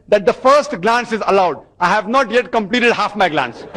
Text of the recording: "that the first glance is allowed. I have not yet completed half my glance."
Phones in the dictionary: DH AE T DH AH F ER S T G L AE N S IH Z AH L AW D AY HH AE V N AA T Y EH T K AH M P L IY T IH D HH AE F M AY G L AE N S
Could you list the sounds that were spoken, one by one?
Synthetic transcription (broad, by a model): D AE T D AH F ER S T G L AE N S IH Z AH L AW D AY HH AE V N AA T Y EH T K AH M P L IY T IH D HH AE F M AY G L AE N S